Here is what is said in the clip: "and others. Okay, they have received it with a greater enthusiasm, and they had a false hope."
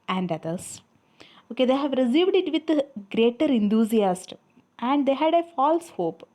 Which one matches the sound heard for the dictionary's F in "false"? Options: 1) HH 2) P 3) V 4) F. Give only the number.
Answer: 4